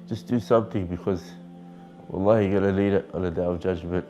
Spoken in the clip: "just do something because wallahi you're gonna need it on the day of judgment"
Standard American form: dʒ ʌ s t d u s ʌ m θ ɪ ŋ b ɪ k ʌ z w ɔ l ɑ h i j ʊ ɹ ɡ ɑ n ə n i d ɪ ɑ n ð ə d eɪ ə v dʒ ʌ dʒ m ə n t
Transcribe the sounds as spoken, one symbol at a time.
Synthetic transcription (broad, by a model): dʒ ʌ s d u s ʌ m θ ɪ ŋ b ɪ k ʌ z w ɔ l ɑ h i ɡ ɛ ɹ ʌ l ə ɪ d ɪ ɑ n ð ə d eɪ ə v dʒ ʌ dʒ m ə n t